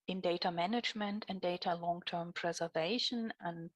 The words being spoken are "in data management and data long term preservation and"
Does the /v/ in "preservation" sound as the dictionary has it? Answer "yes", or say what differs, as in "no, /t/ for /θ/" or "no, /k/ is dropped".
yes